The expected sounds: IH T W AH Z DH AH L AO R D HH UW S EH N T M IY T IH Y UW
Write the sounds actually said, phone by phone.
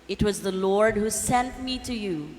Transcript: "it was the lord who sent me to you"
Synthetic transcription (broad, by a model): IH T W AH Z DH AH L AO R D HH UW S EH N T M IY T IH Y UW